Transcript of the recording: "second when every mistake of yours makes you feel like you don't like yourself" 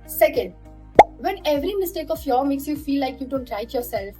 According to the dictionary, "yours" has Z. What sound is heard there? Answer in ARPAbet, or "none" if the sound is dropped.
none